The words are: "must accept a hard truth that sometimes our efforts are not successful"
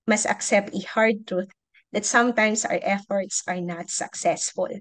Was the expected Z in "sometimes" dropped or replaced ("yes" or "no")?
yes